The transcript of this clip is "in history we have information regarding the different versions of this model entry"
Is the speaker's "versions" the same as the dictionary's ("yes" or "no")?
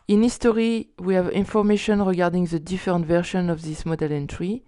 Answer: no